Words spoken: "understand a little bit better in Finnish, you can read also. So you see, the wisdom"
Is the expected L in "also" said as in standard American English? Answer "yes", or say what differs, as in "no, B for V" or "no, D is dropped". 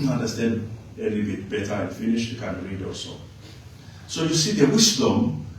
no, L is dropped